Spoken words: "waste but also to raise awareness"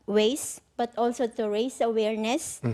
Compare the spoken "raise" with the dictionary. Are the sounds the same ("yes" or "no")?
no